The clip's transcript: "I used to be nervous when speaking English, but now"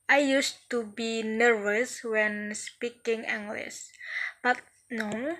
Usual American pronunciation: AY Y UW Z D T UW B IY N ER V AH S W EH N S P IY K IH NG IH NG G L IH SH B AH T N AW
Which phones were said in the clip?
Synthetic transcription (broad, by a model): AY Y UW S T UW B IY N ER V AH S W EH N S P IY K IH NG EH NG G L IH S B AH T N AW